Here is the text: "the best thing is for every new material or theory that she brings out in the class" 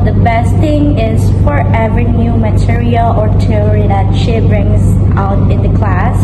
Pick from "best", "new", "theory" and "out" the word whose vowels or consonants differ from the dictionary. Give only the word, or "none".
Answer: theory